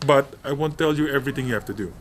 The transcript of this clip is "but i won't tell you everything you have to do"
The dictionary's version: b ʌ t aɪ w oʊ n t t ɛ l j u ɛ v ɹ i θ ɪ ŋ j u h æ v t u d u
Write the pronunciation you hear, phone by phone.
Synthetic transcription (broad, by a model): b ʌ t aɪ w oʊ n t t ɛ l j u ɛ v ɹ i t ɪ ŋ j u h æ f t u d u